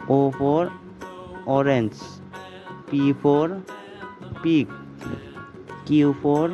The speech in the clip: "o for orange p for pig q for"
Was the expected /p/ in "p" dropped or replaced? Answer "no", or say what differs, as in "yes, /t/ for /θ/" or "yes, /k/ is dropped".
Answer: no